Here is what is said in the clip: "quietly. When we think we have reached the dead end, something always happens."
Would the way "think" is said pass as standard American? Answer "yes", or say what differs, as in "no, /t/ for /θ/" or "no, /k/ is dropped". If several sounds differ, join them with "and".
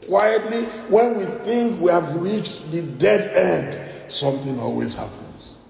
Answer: yes